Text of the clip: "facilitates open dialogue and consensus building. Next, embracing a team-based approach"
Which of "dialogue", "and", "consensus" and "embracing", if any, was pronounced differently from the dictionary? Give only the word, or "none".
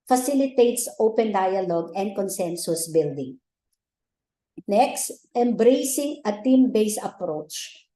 none